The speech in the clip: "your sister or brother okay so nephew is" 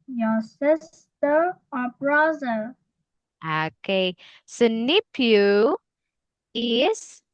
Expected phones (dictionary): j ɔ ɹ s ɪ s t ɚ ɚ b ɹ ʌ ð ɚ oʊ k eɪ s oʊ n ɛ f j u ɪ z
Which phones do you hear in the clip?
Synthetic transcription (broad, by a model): j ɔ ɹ s ɪ s t ɚ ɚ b ɹ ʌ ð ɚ oʊ k eɪ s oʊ n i p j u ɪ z